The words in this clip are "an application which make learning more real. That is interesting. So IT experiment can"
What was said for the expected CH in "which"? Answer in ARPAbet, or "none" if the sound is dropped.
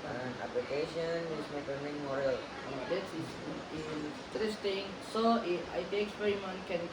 S